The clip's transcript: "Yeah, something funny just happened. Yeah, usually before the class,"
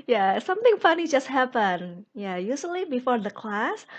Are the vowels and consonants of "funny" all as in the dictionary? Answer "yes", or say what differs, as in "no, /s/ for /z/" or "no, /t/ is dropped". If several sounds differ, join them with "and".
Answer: yes